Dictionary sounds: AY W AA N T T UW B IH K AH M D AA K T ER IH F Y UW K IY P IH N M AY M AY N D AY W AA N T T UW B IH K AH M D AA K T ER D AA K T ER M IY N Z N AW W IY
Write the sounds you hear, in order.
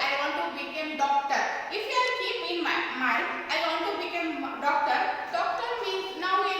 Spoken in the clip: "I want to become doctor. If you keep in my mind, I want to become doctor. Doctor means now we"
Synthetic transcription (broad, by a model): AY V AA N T T UW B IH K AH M D AA K T ER IH F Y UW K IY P IH N M AY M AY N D AY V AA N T T UW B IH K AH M D AA K T ER D AA K T ER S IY Z N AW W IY